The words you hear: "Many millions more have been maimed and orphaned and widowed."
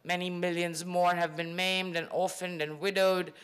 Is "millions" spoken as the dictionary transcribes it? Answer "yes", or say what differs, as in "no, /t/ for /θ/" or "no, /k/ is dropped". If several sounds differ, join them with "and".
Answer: yes